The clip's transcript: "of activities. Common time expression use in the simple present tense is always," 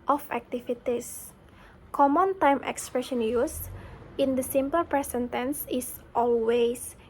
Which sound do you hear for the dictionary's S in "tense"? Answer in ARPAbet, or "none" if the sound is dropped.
S